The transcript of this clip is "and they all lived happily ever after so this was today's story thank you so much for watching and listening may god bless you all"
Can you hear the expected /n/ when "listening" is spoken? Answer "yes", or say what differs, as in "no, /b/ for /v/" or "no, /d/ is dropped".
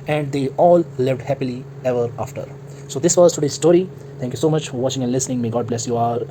yes